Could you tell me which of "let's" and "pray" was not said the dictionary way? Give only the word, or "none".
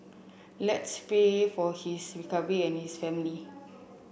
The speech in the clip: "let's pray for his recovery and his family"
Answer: pray